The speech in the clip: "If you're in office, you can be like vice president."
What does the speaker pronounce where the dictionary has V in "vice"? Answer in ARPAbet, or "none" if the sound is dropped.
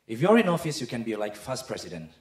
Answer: F